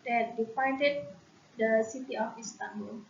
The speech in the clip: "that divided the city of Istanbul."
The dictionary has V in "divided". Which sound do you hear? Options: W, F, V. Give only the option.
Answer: F